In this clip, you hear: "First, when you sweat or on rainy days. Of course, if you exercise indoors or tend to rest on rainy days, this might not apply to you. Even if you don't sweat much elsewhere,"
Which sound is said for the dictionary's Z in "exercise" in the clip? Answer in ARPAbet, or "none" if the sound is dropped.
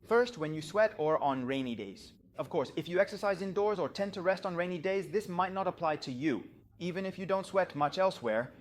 Z